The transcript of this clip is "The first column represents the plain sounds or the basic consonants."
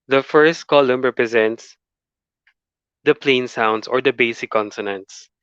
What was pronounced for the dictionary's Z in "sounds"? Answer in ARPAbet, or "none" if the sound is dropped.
S